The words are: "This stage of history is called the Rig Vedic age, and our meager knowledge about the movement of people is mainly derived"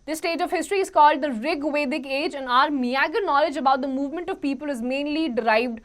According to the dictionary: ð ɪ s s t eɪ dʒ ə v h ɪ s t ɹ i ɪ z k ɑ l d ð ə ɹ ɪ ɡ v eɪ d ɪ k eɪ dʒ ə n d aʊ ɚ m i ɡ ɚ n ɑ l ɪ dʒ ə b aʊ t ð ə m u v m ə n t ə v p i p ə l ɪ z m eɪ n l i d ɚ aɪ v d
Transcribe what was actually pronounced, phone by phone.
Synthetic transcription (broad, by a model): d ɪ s s t eɪ dʒ ə v h ɪ s t ɹ i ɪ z k ɑ l d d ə ɹ ɪ ɡ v eɪ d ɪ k eɪ dʒ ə n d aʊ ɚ m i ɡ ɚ n ɑ l ɪ dʒ ə b aʊ t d ə m u v m ə n t ə v p i p ə l ɪ z m eɪ n l i d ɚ aɪ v d